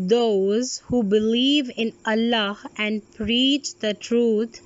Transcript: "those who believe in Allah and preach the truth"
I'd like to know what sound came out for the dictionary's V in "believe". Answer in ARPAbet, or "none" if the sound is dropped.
V